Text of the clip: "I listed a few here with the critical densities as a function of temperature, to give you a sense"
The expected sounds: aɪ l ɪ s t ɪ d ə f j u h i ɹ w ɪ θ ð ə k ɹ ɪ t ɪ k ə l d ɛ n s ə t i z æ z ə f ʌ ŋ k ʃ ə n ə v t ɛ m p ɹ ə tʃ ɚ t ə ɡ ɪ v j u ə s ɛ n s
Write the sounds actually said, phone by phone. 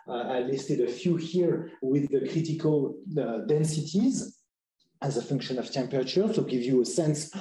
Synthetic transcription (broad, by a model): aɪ l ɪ s t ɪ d ə f j u h i ɹ w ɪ ð ə k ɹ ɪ t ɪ k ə l d ɛ n s ə t i z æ z ə f ʌ ŋ k ʃ ə n ə v t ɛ m p ɹ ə tʃ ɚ s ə ɡ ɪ v j u ə s ɛ n s